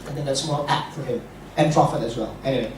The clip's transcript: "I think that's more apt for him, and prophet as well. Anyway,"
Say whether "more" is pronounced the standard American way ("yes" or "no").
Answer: no